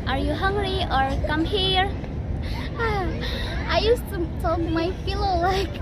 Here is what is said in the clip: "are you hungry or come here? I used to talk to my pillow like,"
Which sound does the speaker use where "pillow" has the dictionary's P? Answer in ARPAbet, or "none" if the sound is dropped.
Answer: F